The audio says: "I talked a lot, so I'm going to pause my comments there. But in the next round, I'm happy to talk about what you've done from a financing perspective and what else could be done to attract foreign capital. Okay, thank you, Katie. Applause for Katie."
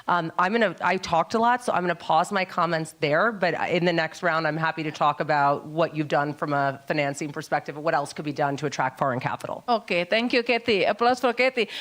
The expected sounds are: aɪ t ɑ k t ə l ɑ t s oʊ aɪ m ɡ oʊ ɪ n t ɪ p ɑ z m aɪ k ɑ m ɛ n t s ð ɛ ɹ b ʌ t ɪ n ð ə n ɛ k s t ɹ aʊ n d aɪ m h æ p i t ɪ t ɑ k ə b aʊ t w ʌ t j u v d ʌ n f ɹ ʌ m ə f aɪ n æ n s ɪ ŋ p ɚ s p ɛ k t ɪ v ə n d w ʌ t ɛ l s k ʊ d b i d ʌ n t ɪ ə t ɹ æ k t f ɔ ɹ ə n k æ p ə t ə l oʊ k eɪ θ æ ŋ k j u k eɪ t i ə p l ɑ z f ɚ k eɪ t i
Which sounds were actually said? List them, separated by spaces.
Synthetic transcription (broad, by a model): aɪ t ɑ k t ə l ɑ t s oʊ aɪ m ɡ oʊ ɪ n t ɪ p ɑ z m aɪ k ɑ m ɛ n t s ð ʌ ɹ b ʌ t ɪ n ð ə n ɛ k s t ɹ aʊ n d aɪ m h æ p i t ɪ t ɑ k ə b aʊ t w ʌ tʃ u v d ʌ n f ɹ ʌ m ə f aɪ n æ n s ɪ ŋ p ɚ s p ɛ k t ɪ v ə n w ʌ t ɛ l s k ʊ d b i d ʌ n t ɪ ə t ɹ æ k t f ɔ ɹ ə n k æ p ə t l oʊ k eɪ t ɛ ŋ k j u k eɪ t i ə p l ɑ s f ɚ k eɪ t i